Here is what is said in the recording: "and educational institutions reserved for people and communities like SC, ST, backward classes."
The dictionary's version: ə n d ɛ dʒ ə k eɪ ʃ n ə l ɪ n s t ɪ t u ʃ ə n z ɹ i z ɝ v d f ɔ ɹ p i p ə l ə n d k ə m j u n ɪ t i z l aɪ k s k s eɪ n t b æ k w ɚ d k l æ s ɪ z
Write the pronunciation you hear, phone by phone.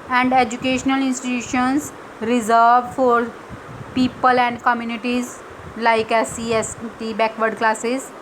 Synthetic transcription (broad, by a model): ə n d ɛ dʒ ə k eɪ ʃ n ə l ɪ n s t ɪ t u ʃ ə n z ɹ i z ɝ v f ɔ ɹ p i p ə l ə n d k ə m j u n ɪ t i z l aɪ k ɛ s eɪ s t b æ k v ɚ d k l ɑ s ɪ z